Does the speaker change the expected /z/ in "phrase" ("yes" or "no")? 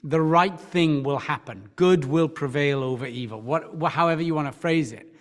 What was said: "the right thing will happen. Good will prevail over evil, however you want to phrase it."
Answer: no